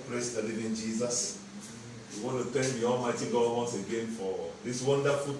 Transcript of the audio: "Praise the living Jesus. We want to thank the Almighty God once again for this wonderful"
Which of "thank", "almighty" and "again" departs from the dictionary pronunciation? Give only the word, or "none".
thank